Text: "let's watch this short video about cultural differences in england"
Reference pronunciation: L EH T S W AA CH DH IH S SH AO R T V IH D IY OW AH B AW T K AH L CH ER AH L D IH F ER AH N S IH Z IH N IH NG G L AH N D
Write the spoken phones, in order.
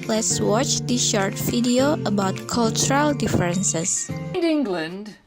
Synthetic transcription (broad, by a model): L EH T S W AA CH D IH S SH AO R T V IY D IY OW AH B AW T K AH L CH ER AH L D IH F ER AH N S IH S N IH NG G L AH N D